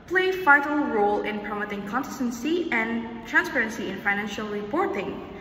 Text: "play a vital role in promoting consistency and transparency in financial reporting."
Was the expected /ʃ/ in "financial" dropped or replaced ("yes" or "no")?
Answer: no